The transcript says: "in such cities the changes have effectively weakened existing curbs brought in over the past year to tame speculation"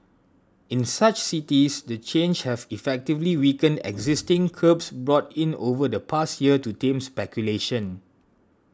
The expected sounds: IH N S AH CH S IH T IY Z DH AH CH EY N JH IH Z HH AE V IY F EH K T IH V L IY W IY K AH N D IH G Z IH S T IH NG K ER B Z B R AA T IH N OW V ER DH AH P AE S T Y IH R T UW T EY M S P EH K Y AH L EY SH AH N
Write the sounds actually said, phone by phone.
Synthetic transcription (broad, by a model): IH N S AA CH S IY T IY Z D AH CH EY N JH HH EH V IY F EH K T IH V L IY W IY K AH N D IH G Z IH S T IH NG K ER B S B R AA T IH N OW V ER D AH P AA S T Y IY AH T UW T EY M S P EH K Y AH L EY SH AH N